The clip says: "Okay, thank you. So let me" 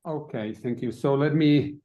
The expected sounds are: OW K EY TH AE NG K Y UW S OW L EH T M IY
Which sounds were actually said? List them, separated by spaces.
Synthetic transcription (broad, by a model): OW K EY TH AE NG K Y UW S OW L EH T M IY